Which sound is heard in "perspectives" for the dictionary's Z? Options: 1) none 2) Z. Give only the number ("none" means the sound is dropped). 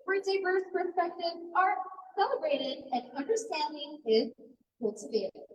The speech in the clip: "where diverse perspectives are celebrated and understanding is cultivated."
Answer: 1